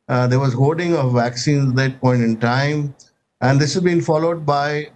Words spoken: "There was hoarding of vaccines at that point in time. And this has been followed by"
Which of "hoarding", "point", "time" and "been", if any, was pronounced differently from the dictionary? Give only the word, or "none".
hoarding